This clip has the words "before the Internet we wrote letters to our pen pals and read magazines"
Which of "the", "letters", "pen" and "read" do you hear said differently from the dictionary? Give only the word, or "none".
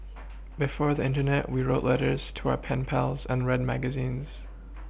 none